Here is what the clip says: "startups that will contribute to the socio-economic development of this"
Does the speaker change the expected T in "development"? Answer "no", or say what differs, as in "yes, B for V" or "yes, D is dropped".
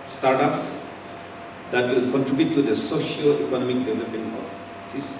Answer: yes, T is dropped